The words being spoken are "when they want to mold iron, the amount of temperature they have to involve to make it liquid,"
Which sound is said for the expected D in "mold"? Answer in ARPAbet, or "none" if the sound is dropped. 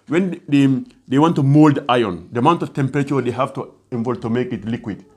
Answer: D